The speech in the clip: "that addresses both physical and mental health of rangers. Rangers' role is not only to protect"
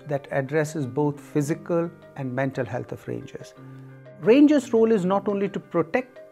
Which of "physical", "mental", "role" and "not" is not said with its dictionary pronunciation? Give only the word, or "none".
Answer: none